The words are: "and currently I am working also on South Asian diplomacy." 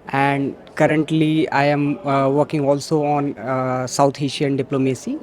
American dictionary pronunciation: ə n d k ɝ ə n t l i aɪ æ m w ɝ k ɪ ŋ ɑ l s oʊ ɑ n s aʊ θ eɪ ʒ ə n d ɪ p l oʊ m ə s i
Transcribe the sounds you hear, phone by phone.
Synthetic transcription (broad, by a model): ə n d k ɝ ə n t l i aɪ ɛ m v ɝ k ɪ ŋ ɑ l s oʊ ɑ n s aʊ t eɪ ʃ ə n d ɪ p l oʊ m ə s i